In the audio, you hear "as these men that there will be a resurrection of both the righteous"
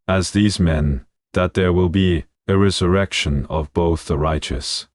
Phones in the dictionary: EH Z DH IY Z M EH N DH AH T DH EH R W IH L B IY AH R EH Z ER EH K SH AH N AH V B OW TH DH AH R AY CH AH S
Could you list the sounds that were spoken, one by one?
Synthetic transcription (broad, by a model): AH Z DH IY Z M EH N DH AH T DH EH R W IH L B IY AH R EH Z ER EH K SH AH N AH V B OW TH DH AH R AY CH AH S